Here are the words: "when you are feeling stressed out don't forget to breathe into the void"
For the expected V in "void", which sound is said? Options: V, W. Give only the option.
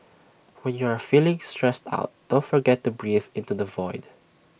V